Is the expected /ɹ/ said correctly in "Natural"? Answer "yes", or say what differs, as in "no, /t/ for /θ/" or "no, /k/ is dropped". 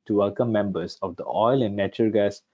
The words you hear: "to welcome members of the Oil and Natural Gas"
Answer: no, /ɹ/ is dropped